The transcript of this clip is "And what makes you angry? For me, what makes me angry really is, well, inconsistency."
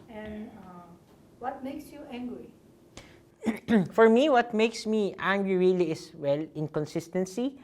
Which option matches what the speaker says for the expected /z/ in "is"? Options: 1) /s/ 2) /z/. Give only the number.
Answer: 1